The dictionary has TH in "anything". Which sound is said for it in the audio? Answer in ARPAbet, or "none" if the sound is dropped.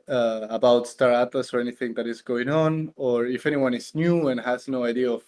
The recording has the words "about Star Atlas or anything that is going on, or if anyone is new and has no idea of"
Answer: TH